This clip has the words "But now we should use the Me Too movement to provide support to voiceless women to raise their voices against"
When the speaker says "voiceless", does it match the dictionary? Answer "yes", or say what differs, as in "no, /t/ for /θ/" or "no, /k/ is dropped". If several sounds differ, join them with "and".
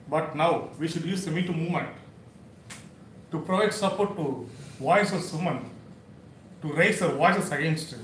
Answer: no, /l/ is dropped